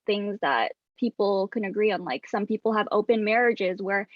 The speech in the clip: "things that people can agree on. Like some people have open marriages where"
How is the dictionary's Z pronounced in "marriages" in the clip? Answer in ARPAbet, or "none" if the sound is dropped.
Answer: Z